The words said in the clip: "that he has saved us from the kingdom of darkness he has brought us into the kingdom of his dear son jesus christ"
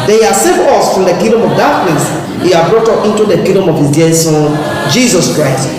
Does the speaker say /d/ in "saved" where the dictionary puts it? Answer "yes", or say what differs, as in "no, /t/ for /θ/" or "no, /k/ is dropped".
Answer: no, /d/ is dropped